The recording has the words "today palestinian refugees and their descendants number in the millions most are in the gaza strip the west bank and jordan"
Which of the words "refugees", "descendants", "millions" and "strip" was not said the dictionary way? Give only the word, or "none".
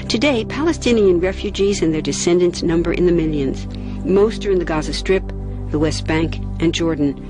none